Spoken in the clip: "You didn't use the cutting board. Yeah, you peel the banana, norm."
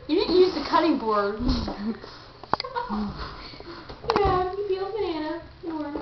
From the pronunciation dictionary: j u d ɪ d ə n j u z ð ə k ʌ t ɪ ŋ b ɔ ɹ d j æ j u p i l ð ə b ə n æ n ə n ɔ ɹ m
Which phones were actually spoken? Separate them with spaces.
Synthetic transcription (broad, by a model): j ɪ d ɪ d n j u z ð ə k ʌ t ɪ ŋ b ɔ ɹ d j æ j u f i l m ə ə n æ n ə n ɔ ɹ